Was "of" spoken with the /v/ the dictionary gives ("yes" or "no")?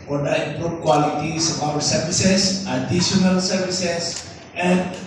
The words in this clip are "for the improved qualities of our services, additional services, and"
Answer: no